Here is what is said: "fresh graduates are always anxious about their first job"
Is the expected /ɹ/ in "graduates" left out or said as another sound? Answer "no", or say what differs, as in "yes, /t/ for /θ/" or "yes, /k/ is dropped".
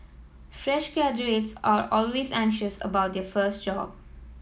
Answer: yes, /ɹ/ is dropped